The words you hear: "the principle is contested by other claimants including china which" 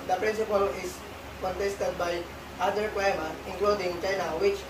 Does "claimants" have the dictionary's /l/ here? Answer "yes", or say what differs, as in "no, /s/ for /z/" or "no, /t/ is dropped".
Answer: no, /w/ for /l/